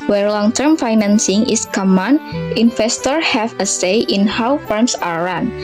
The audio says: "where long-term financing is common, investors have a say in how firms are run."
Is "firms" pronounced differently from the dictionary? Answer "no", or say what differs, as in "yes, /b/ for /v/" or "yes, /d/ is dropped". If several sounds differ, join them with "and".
yes, /s/ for /z/